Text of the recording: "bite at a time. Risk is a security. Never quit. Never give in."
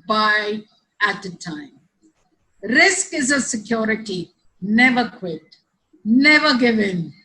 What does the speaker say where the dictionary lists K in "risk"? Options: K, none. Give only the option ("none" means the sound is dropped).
K